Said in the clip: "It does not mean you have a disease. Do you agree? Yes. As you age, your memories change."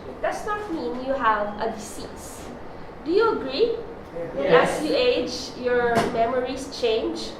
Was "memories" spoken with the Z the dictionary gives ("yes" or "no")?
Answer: no